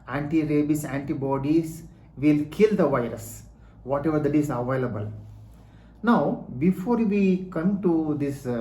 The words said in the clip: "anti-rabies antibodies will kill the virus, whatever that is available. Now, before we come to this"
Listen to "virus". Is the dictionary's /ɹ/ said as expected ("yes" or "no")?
yes